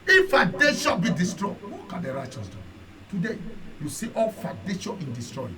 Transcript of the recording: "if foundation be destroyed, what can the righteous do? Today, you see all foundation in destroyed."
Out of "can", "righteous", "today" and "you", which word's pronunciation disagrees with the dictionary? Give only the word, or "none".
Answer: none